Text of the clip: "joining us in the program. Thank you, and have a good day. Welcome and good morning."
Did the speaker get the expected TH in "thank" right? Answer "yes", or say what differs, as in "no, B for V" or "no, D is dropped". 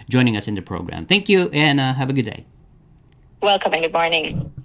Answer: yes